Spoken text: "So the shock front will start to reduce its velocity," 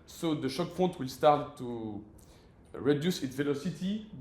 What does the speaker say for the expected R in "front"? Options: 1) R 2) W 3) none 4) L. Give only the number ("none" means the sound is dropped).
3